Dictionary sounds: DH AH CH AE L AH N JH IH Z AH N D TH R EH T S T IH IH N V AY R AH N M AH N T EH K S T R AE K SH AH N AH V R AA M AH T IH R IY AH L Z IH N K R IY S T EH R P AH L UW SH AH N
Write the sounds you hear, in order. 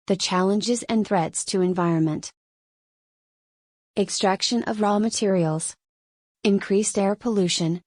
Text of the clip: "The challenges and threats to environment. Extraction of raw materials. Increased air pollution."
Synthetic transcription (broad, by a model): DH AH CH AE L AH N JH IH Z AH N TH R EH T S T IH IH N V AY R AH N M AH N T EH K S T R AE K SH AH N AH V R AA M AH T IH R IY L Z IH N K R IY S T EH R P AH L UW SH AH N